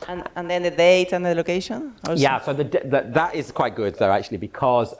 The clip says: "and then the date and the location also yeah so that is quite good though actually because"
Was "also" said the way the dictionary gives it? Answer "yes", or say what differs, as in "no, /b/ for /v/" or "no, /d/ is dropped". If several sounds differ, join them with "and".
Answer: no, /l/ is dropped